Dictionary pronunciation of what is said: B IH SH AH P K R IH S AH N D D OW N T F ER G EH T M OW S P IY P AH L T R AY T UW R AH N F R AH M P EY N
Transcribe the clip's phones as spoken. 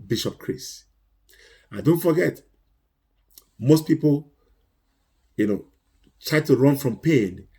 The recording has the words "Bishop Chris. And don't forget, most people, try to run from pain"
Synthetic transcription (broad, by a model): B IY SH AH P K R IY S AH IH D D OW N T F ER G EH T M OW S P IY P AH N T R AY T UW R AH N F R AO M P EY N